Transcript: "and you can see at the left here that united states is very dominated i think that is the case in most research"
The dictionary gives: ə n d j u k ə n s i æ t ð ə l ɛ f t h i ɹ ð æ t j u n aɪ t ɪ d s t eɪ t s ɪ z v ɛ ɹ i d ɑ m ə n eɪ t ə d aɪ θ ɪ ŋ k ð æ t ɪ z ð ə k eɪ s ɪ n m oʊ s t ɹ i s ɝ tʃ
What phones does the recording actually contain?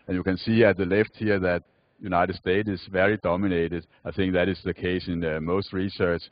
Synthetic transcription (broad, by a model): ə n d j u k ə n s i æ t ð ə l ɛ f t h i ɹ ð æ t j u n aɪ t ɪ d s t eɪ t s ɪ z v ɛ ɹ i d ɑ m ə n eɪ t ə d aɪ θ ɪ ŋ k ð æ t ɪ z ð ə k eɪ s ɪ n m oʊ s t ɹ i s ɝ tʃ